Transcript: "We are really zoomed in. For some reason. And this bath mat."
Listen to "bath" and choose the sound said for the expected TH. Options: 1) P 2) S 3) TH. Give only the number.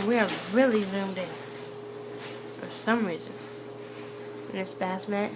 2